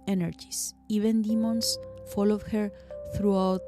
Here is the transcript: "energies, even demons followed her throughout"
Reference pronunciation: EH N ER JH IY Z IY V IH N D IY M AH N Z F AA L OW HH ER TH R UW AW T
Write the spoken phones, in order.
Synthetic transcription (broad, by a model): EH N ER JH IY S IY V IH N D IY M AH N S F AA L OW HH ER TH R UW AW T